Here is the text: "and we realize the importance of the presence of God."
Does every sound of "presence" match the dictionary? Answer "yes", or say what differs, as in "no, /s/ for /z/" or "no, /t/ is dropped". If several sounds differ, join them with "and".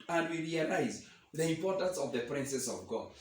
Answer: no, /s/ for /z/ and /n/ is dropped